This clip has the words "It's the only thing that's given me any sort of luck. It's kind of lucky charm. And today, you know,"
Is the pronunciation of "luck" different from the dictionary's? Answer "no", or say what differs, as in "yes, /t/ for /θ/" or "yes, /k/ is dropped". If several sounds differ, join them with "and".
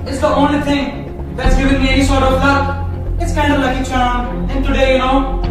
yes, /k/ is dropped